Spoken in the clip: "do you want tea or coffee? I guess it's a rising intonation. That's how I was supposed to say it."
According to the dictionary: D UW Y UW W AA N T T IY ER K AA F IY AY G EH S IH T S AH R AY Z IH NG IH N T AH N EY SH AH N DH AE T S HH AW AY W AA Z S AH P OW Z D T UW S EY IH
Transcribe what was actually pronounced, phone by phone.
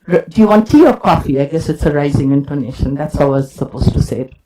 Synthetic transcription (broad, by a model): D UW Y UW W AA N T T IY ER K AA F IY AY G EH S IH T S AH R AY Z IH NG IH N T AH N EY SH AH N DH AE T S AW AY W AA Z S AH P OW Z T UW S EY